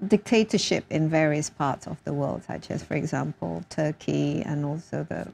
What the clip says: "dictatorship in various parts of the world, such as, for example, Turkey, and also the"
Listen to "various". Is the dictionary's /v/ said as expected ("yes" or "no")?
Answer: yes